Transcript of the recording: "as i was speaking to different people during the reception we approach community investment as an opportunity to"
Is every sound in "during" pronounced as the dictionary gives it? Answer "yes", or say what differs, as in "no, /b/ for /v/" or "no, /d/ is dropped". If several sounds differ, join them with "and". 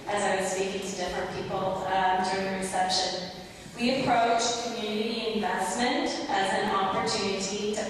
yes